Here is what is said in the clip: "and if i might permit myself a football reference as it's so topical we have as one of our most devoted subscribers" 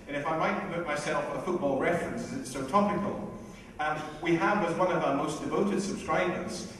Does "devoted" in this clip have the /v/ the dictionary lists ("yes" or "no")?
yes